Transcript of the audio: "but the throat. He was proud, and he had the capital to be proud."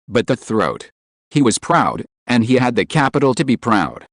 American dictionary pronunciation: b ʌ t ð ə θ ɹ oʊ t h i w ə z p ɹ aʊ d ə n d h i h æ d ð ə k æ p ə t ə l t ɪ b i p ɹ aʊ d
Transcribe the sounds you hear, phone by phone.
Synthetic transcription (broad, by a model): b ʌ t ð ə θ ɹ oʊ t h i w ə z p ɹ aʊ d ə n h i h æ d ð ə k æ p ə t l t ɪ b i p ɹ aʊ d